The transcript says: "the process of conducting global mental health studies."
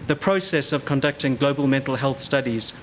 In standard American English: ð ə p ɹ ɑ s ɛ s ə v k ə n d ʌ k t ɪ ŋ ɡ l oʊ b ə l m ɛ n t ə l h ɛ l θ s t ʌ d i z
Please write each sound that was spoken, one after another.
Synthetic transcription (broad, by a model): ð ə p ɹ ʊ s ɛ s ə v k ə n d ʌ k t ɪ ŋ ɡ l oʊ b ə l m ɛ n t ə l h ɛ l θ s t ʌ d i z